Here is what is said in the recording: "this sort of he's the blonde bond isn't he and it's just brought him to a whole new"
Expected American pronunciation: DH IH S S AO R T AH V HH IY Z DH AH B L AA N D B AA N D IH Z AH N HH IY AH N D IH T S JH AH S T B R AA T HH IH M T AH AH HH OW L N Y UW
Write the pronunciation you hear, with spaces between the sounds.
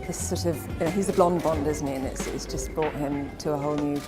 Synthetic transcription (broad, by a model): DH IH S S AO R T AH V HH IY Z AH B L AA N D B AA N D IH Z N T IY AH N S IH T S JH AH S B R AA T HH IH M T AH AH HH OW L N Y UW